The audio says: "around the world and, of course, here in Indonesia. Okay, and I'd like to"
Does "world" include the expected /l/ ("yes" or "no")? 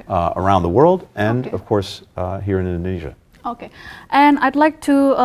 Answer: yes